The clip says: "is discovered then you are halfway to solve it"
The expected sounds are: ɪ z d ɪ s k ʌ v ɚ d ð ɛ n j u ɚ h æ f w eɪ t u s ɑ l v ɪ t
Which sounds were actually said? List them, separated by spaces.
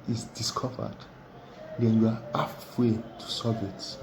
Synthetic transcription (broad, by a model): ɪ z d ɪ s k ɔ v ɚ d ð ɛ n j u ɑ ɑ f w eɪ t u s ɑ v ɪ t